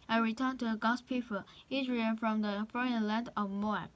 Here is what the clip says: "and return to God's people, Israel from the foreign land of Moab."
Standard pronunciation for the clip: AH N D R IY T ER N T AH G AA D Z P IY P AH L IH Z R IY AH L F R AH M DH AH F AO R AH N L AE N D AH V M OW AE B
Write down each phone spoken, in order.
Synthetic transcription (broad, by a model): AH R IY T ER N T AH G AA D P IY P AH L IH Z R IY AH N F R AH M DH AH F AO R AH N L AE N D AH V M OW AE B